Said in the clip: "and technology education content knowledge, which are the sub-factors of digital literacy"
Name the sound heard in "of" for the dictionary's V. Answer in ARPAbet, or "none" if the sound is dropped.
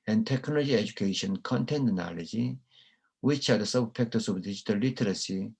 B